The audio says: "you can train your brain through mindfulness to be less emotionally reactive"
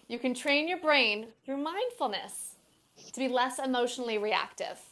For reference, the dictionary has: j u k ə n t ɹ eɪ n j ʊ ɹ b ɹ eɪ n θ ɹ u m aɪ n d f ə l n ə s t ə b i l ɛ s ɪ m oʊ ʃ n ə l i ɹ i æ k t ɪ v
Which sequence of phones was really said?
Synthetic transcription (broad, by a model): j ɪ k ə n t ɹ eɪ n j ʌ ɹ b ɹ eɪ n θ ɹ u m aɪ n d f l n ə s t ə b i l ɛ s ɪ m oʊ ʃ n l i ɹ i æ k t ɪ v